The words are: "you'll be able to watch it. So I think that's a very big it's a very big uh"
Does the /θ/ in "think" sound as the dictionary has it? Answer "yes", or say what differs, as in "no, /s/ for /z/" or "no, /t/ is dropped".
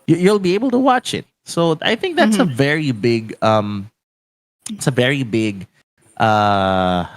yes